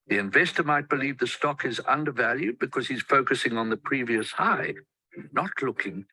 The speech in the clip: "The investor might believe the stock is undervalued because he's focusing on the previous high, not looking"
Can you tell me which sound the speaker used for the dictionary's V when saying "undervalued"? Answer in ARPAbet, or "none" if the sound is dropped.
V